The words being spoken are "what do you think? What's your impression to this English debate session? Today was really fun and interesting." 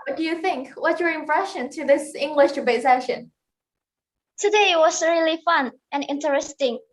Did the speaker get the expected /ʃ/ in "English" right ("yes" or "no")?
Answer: yes